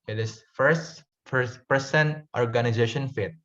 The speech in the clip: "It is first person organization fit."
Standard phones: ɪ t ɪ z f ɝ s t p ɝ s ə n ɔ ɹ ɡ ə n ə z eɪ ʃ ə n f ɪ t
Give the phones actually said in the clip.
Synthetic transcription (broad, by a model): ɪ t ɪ s f ɝ s t f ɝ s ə n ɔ ɹ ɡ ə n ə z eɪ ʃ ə n f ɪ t